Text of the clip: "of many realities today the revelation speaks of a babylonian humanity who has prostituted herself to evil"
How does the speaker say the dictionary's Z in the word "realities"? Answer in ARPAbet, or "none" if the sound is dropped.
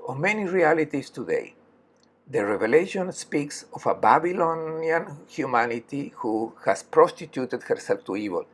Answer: S